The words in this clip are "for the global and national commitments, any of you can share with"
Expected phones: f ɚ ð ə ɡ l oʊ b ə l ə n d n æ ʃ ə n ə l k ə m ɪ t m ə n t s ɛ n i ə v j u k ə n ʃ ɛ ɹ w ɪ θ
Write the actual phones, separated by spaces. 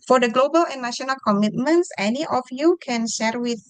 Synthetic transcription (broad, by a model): f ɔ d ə ɡ l oʊ b ə l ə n n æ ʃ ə n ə l k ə m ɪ t m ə n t s ɛ n i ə f j u k ə n ʃ ɛ ɹ w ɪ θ